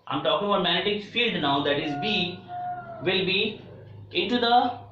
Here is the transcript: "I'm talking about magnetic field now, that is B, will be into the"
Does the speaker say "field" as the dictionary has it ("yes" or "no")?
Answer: yes